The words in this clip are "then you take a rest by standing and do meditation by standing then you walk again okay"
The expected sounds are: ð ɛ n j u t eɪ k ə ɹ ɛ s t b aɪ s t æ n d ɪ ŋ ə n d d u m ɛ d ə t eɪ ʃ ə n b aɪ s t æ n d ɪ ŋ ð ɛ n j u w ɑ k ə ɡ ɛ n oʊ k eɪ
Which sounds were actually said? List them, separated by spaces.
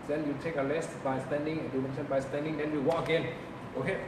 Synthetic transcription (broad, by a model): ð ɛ n j u t eɪ k ə l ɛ s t b aɪ s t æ n d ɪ ŋ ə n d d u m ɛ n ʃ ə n b aɪ s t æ n d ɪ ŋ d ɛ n j u w ɑ k ə ɡ ɛ n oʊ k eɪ